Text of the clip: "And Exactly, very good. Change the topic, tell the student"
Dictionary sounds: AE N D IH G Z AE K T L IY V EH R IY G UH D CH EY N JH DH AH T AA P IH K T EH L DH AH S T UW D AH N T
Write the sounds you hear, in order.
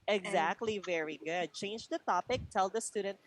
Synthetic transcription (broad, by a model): IH G Z AE K T L IY V EH R IY G UH D CH EY N JH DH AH T AA P IH K T EH L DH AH S T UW D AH N T